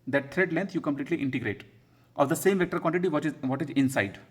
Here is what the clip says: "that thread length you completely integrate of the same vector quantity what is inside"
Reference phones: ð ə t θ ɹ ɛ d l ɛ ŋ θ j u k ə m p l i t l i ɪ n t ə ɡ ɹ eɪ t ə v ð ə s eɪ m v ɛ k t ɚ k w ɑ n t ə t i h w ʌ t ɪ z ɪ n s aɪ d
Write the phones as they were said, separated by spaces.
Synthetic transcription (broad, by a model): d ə t t ɹ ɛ d l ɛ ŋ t j u k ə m p l i t l i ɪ n t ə ɡ ɹ eɪ t ə v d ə s eɪ m v ɛ k t ɚ k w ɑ n t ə t i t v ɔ t ɪ z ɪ n s aɪ d